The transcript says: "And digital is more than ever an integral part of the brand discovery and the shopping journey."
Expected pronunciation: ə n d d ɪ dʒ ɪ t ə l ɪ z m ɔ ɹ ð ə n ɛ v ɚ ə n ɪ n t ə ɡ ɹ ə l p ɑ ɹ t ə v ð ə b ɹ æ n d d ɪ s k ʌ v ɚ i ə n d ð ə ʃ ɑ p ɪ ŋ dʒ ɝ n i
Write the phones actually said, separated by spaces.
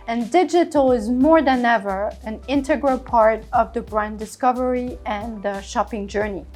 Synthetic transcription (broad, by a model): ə n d d ɪ dʒ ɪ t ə l ɪ z m ɔ ɹ ð ə n ɛ v ɚ ə n ɪ n t ə ɡ ɹ ə l p ɑ ɹ t ə v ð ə b ɹ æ n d d ɪ s k ʌ v ɚ i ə n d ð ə ʃ ɑ p ɪ ŋ dʒ ɝ n i